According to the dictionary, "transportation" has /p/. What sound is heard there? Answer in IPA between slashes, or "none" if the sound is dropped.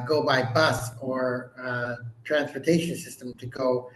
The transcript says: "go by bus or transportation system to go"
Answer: /p/